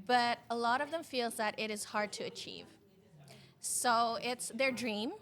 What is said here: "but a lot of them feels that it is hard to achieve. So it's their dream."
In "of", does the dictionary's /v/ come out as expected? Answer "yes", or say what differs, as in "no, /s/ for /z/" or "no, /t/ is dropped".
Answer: yes